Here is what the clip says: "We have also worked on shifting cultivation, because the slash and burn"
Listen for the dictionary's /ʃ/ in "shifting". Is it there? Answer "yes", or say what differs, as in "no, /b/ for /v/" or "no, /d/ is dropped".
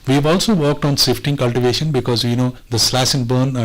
no, /s/ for /ʃ/